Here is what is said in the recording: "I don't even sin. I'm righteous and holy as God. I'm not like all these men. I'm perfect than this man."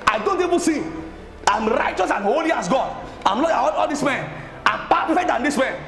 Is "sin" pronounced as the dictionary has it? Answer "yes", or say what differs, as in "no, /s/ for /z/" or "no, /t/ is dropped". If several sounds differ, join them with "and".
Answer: no, /n/ is dropped